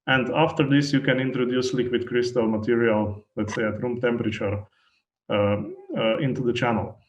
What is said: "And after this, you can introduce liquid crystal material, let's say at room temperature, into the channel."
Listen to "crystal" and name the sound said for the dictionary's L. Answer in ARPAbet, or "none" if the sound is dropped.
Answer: L